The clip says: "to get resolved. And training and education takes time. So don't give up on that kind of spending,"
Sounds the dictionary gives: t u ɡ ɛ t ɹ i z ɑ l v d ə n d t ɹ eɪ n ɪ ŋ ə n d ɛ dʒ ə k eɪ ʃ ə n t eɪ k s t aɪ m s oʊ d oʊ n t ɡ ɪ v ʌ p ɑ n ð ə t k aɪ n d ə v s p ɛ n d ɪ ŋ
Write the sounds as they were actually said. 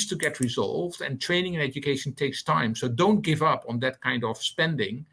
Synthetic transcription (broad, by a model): t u ɡ ɛ t ɹ i z ɑ l v d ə n t ɹ eɪ n ɪ ŋ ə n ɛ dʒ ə k eɪ ʃ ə n t eɪ k s t aɪ m s oʊ d oʊ n t ɡ ɪ v ʌ p n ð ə t k aɪ n d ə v s p ɛ n d ɪ ŋ